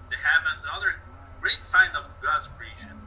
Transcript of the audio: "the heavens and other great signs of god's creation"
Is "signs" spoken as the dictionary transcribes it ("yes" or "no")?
no